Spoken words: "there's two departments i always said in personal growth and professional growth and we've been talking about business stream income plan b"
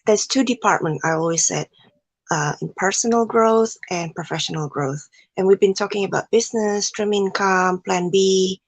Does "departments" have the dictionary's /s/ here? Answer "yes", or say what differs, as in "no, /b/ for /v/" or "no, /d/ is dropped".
no, /s/ is dropped